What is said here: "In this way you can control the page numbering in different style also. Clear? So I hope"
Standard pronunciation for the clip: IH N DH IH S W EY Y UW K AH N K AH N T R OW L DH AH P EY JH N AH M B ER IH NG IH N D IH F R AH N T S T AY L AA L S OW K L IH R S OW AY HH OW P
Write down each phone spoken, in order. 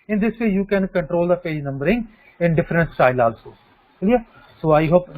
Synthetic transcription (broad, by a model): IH N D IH S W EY Y UW K AH N K AH N T R OW L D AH P EY JH N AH M B ER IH NG IH N D IH F R AH N T S T AY L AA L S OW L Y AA S OW AY HH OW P